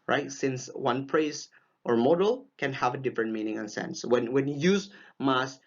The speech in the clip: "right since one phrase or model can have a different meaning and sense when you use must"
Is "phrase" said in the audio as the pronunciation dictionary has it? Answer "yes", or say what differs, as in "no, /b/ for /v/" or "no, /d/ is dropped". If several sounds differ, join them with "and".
no, /p/ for /f/